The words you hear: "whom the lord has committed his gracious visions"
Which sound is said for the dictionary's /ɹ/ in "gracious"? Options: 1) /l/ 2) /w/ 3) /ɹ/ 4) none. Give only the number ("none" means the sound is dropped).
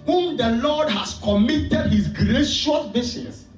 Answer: 3